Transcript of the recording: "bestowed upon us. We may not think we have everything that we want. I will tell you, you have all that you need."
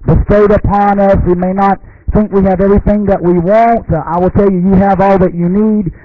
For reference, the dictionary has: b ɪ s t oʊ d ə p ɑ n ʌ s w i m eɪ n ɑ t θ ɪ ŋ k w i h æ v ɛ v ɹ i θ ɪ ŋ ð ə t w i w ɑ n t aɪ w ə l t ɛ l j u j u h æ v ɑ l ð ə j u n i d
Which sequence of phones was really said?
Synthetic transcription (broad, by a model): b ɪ s t oʊ d ə p ɑ n ʌ s w i m eɪ n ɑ t θ ɪ ŋ k w i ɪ v ɛ v ɹ i θ ɪ ŋ ð ə t w i w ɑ n t aɪ w ə l t ɛ l j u j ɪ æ v ɑ l ð ə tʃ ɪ n i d